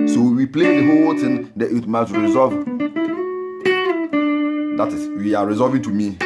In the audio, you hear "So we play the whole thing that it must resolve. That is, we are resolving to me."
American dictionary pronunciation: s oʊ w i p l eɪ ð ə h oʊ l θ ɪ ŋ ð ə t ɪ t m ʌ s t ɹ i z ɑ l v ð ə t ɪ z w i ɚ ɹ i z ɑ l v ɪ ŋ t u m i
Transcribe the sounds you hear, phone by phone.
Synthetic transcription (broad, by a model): s oʊ w i p l eɪ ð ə h oʊ l t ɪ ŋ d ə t ɪ t m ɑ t ɹ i z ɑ v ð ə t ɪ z w i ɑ ɹ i z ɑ v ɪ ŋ t u m i